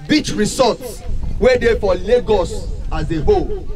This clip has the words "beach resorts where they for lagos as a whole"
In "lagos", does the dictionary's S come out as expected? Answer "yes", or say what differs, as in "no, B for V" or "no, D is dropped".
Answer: yes